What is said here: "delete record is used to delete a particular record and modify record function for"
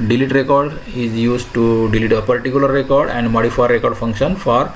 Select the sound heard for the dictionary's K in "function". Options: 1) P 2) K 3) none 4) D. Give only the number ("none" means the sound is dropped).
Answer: 2